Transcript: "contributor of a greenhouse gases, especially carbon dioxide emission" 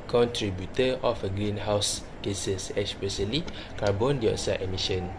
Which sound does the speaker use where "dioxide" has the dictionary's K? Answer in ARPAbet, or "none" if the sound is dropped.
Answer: none